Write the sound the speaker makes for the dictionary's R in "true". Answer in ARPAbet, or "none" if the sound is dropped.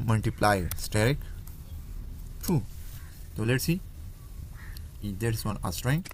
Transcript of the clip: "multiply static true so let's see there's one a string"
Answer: none